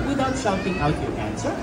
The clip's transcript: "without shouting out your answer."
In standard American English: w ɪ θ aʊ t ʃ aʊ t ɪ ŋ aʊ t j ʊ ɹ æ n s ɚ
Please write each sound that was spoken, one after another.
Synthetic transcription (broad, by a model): w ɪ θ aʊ t s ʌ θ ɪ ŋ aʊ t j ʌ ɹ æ n s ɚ